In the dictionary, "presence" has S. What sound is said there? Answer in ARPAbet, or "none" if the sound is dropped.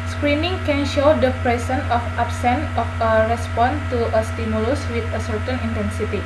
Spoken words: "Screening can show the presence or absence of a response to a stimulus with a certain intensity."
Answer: none